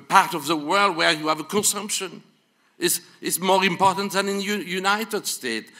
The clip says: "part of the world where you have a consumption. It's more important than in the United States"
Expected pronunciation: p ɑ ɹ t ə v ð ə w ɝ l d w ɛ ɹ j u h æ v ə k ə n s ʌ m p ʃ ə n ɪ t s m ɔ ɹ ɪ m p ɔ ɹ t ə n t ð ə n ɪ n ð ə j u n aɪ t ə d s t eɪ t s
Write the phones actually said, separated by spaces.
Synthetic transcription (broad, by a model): p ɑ ɹ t ə v ð ə w ɝ l d w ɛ ɹ j u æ v ə k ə n s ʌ m p ʃ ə n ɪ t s m ɔ ɹ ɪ m p ɔ ɹ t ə n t ð ə n ɪ n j j u n aɪ t ə d s t eɪ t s